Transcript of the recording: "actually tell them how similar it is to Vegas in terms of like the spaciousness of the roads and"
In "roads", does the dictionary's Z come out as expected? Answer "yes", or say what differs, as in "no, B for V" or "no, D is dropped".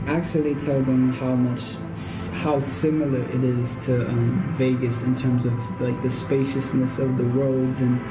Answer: yes